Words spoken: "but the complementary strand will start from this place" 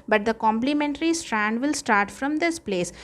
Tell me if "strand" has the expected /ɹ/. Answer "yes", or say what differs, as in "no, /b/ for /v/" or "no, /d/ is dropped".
yes